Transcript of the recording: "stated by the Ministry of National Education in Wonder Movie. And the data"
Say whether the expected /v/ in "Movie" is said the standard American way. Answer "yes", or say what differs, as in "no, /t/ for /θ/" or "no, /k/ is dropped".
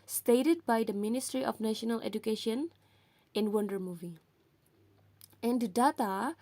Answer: yes